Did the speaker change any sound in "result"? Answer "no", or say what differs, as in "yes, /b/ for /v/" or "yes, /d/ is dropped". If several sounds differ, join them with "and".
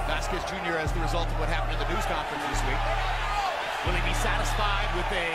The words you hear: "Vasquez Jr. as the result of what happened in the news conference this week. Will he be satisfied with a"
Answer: no